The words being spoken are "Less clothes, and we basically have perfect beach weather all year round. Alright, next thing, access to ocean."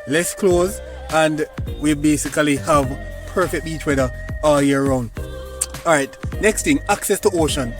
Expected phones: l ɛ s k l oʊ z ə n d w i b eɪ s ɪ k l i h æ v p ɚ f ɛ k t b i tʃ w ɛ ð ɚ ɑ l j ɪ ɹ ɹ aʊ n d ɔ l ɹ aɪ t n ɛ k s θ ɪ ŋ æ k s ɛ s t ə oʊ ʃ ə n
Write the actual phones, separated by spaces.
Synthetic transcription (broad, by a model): l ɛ s k l oʊ z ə n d w i b eɪ s ɪ k l i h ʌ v p ɚ f ɛ k t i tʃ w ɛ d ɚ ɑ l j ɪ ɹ ɹ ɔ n ɔ ɹ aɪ t n ɛ k s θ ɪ ŋ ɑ k s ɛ s t ə oʊ ʃ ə n